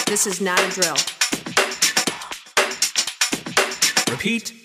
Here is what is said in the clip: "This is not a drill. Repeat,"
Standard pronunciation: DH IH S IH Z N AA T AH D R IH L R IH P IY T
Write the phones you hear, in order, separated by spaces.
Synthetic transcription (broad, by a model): DH IH S IH Z N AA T AH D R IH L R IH P IY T